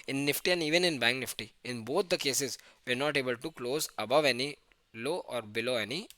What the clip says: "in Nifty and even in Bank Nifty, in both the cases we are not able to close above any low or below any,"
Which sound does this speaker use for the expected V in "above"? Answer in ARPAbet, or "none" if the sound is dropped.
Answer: V